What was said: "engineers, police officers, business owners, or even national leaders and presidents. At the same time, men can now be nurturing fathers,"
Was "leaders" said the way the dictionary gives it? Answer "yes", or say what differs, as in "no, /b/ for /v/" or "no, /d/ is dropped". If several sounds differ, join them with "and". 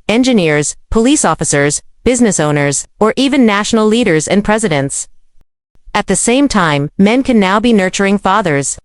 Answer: yes